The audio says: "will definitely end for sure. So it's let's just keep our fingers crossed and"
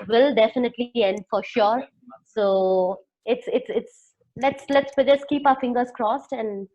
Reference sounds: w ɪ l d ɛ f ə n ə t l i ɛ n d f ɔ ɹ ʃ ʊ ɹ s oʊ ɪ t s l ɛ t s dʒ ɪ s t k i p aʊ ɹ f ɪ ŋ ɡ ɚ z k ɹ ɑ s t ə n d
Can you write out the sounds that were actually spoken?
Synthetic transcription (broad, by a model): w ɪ l d ɛ f ə n ə t l i ɛ n d f ɔ ɹ ʃ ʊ ɹ s oʊ ɪ t s l ɛ t s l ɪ s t k i p aʊ ɹ f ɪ ŋ ɡ ɚ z k ɹ ɑ s t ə n d